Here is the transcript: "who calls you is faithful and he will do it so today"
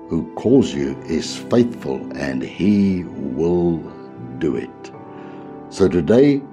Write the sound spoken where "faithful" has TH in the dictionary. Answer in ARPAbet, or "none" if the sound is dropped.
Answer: TH